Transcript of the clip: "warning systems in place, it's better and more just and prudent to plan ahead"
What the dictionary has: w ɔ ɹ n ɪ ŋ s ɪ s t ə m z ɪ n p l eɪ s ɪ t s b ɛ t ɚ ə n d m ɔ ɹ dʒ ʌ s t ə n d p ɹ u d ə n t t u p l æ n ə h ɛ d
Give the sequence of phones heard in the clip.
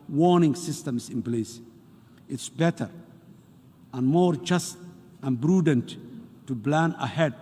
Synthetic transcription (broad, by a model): w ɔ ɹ n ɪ ŋ s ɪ s t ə m s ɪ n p l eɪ s ɪ t s b ɛ t ɚ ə n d m ɔ ɹ dʒ ʌ s t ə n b ɹ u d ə n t t u b l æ n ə h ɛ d